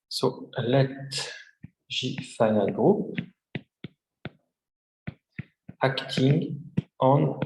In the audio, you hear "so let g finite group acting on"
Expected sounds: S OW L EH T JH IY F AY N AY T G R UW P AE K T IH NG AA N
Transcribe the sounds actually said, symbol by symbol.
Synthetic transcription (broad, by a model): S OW L EH T ZH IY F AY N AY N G R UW P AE K T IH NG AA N